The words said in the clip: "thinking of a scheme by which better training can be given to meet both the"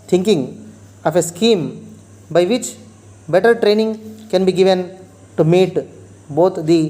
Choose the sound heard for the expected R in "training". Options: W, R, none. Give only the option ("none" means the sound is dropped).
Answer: R